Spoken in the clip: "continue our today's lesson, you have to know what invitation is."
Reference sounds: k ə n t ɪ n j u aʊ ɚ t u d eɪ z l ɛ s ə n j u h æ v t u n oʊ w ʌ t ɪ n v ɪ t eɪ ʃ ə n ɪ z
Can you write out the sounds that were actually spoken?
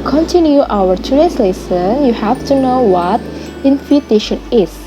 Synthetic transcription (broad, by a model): k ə n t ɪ n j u aʊ ɚ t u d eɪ s l ɛ s ə n j u h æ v t u n oʊ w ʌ t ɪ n f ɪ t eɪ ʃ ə n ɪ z